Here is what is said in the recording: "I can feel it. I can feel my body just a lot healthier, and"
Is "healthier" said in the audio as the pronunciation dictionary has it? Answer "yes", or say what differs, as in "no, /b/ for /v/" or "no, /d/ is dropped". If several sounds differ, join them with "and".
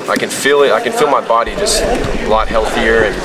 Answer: yes